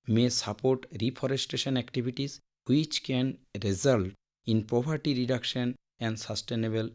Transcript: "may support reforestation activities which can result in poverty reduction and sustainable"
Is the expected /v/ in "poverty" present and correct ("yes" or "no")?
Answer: no